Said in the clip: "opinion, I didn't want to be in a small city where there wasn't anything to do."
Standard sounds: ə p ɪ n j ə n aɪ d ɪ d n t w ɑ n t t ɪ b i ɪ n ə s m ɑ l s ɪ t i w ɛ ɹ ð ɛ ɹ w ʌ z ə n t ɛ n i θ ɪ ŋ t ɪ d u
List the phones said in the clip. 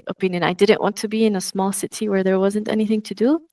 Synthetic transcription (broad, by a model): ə p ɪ n j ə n aɪ d ɪ d n t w ɑ n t t ɪ b i ɪ n ə s m ɑ l s ɪ t i w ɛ ɹ ð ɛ ɹ w ʌ z ə n t ɛ n i θ ɪ ŋ t ɪ d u